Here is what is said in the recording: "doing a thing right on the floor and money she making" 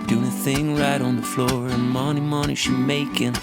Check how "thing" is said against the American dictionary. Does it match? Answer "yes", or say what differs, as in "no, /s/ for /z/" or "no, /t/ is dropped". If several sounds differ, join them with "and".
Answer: yes